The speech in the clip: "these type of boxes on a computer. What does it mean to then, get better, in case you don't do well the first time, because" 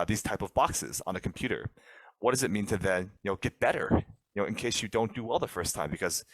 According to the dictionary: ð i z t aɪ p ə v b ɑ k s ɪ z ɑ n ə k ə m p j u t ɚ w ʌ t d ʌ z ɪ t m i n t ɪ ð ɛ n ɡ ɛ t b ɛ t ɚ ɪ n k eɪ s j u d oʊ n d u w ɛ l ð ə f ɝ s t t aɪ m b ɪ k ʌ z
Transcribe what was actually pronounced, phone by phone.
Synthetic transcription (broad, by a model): ð i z t aɪ p ə v b ɑ k s ɪ z n ə k m p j u t ɚ w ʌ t d ʌ z ɪ t m i n t ɪ ð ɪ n ɡ ɛ t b ɛ t ɚ ɪ n k eɪ s j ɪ d oʊ n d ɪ w ɛ l ð ə f ɝ s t t aɪ m b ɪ k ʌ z